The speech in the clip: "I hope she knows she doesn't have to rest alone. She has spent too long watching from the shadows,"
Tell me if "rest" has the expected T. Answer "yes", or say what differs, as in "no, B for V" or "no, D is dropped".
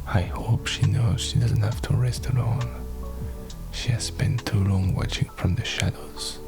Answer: yes